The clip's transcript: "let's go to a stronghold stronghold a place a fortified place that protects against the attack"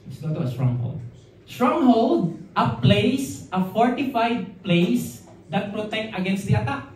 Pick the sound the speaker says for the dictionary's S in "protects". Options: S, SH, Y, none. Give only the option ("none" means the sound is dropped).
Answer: none